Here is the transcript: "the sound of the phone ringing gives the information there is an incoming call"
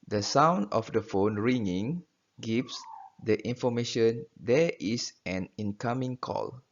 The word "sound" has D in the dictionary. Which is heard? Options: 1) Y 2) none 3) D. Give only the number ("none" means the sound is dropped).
3